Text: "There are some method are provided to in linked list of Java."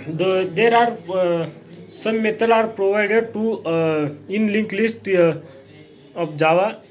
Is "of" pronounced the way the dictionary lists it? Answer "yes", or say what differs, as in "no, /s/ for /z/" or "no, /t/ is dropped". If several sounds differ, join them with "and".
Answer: no, /p/ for /v/